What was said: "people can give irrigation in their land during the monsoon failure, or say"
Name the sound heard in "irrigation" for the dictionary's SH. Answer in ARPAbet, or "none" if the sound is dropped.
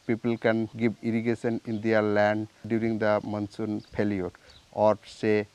S